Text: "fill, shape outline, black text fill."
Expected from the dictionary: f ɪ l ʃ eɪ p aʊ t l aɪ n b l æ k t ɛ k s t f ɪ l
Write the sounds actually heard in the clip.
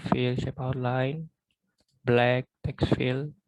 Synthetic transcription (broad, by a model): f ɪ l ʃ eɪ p aʊ t l aɪ n b l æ k t ɛ k s t f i l